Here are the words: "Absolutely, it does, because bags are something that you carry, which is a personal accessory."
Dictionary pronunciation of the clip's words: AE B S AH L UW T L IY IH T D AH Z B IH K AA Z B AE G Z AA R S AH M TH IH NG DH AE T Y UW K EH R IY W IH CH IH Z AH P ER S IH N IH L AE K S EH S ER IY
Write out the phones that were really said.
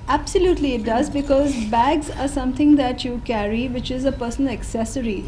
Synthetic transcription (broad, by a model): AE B S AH L UW T L IY IH T D AH Z B IH K AA Z B AE G Z AA R S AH M T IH NG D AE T Y UW K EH R IY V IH CH IH Z AH P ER S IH N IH K S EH S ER IY